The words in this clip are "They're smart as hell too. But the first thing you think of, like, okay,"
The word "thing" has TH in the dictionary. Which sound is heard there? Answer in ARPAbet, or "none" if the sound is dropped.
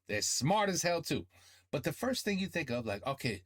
TH